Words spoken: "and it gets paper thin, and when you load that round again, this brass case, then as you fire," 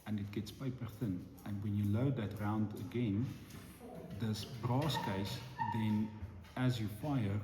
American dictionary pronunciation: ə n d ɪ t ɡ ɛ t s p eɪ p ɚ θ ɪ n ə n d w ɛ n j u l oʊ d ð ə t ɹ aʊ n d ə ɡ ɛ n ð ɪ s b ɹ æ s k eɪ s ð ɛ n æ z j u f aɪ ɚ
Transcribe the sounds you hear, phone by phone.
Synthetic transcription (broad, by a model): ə n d ɪ t ɡ ɛ t s p eɪ p ɚ θ ɪ n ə n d w ɛ n j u l oʊ d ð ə t ɹ aʊ n d ə ɡ ɛ n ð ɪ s b ɹ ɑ s k eɪ s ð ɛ n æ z j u f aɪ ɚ